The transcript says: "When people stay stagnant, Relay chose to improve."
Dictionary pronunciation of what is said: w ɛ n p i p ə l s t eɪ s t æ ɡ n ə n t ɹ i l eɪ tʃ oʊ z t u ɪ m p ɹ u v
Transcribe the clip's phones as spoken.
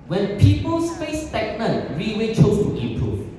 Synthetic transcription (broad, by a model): w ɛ n p i p ə l s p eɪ s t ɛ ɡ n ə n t ɹ i w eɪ tʃ oʊ s t u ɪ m p ɹ u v